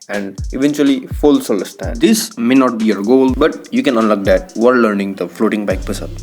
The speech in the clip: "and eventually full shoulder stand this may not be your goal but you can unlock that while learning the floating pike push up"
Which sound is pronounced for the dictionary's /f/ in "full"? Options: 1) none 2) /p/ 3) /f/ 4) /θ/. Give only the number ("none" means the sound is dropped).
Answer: 3